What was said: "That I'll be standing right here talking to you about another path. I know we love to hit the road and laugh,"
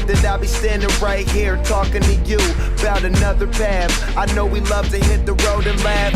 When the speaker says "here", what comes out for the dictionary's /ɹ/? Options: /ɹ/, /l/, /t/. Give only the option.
/ɹ/